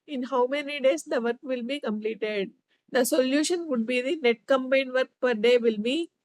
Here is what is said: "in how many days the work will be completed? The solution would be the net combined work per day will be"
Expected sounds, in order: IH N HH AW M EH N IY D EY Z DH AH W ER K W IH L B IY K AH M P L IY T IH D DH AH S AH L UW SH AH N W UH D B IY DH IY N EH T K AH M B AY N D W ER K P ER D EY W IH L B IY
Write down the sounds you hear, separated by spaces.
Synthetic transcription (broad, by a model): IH N HH AW M EH N IY D EY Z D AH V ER K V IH L B IY K AH M P L IY T IH D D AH S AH L UW SH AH N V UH D B IY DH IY N EH T K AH M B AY N D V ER K P ER D EY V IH L B IY